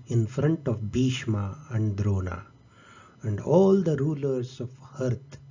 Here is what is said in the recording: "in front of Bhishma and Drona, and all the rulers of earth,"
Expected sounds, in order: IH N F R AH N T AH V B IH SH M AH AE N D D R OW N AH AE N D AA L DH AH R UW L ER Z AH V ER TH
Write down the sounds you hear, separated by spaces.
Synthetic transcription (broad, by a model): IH N F R AH N T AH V B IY SH M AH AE N D D R OW N AH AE N D AA L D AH R UW L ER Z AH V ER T